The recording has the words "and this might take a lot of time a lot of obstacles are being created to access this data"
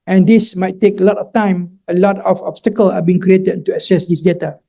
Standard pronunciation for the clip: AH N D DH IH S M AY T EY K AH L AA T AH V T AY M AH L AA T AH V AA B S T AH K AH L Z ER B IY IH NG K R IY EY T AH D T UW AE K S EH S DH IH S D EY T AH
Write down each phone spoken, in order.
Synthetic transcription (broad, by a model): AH N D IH S M AY T EY K AH L AA T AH F T AY M AH L AA T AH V AA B S T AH K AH L AA B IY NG K R IY EY T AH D T UW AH S EH S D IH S D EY T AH